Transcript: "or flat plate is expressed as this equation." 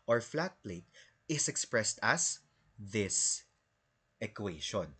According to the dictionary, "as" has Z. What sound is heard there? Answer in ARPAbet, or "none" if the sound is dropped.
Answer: S